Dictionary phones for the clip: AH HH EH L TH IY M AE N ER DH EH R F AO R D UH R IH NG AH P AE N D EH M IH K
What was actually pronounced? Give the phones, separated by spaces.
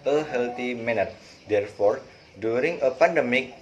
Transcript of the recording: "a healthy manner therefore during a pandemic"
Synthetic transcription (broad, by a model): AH HH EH L T IY M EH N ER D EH R F AO R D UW R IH NG AH P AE N D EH M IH K